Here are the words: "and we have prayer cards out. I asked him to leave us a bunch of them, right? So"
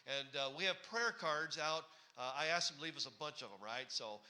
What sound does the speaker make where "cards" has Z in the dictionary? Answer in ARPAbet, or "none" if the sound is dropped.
Z